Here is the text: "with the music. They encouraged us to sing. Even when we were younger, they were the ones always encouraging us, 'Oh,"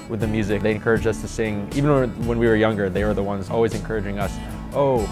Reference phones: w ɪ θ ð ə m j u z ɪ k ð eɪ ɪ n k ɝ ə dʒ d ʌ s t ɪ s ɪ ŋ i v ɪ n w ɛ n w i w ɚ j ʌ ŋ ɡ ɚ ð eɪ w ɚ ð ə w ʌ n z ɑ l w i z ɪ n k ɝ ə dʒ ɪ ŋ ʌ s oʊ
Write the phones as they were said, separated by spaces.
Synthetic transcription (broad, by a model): w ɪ ð ə m j u z ɪ k ð eɪ ɪ n k ɝ ə dʒ d ʌ s t ɪ s ɪ ŋ i v ɪ n w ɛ n w i w ɚ j ʌ ŋ ɡ ɚ ð eɪ w ɚ ð ə w ʌ n z ɑ l w i z ɪ n k ɝ ə dʒ ɪ ŋ ʌ s oʊ